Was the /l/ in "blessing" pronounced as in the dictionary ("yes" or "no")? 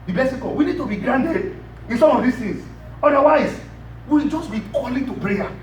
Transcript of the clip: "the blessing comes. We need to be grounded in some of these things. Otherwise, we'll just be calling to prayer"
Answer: no